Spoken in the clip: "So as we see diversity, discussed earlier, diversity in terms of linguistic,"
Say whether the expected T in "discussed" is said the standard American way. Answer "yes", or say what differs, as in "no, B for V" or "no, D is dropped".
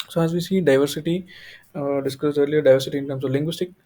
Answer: no, T is dropped